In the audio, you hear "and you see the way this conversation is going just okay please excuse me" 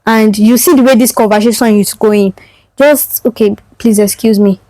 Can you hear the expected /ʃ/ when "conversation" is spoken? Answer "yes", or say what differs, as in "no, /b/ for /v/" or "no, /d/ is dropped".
no, /s/ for /ʃ/